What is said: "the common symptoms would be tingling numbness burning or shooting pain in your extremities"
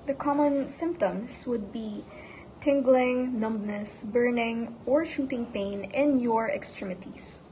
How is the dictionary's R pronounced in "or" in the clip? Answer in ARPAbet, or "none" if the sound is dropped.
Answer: R